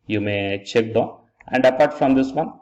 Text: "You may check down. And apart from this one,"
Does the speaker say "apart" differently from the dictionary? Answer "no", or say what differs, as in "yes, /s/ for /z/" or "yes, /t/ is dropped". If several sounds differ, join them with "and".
no